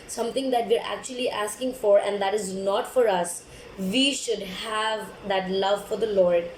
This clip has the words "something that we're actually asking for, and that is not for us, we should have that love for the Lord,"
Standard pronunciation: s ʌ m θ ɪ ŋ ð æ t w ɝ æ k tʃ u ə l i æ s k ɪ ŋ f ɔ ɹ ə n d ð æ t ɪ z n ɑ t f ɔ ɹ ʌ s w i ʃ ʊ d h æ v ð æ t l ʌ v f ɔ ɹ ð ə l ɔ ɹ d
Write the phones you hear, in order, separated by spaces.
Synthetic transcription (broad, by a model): s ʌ m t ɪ ŋ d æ t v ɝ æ k tʃ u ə l i æ s k ɪ ŋ f ɔ ɹ ə n d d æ t ɪ z n ɑ t f ɔ ɹ ʌ s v i ʃ ʊ d h æ v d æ t l ʌ v f ɔ ɹ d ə l ɔ ɹ d